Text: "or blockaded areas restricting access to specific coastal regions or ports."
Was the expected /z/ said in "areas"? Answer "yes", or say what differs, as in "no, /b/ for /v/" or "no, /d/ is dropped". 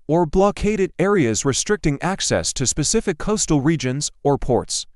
yes